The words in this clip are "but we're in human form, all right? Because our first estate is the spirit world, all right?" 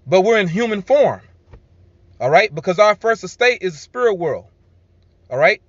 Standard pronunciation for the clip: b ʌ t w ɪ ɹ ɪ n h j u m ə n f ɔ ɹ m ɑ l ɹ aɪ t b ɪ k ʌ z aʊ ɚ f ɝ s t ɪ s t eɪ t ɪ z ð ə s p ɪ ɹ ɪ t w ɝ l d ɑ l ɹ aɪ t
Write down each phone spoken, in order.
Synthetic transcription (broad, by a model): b ʌ t w ɪ ɹ ɪ n h j u m ə n f ɔ ɹ m ɑ l ɹ aɪ t b ɪ k ʌ z aʊ ɚ f ɝ s t ɪ s t eɪ t ɪ z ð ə s p ɪ ɹ ɪ t w ɝ l d ɑ l ɹ aɪ t